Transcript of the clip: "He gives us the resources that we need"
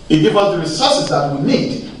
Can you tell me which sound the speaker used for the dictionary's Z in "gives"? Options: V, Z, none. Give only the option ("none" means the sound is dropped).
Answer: none